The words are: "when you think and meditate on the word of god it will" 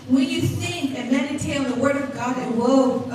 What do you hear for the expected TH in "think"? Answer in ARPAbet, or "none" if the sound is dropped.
S